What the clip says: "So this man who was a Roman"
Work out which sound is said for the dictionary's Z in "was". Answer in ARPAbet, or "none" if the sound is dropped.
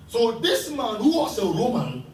S